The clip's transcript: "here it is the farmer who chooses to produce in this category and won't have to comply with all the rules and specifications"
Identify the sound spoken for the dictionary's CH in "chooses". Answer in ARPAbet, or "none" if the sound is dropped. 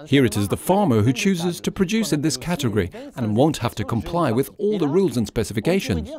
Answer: CH